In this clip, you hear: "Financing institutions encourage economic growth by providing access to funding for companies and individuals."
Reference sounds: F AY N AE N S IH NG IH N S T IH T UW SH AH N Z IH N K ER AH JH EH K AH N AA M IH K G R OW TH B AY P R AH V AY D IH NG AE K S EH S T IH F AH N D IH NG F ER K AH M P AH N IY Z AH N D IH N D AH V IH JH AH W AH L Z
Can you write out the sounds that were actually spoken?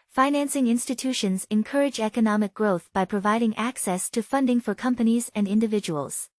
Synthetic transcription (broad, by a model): F AY N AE N S IH NG IH N S T IH T UW SH AH N Z IH N K ER AH JH EH K AH N AA M IH K G R OW TH B AY P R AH V AY D IH NG AE K S EH S T IH F AH N D IH NG F ER K AH M P AH N IY Z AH N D IH N D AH V IH JH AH W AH L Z